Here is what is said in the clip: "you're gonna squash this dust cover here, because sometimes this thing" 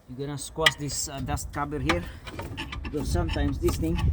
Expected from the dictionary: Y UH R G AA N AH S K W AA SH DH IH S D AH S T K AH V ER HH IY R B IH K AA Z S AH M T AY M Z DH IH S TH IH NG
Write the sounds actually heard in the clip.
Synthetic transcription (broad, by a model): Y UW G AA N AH S K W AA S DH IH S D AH S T K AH B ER HH IY R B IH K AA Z S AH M T AY M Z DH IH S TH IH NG